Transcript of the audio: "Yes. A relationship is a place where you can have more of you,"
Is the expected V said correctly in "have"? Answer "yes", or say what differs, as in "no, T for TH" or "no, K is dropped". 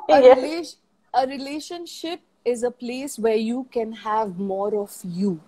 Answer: yes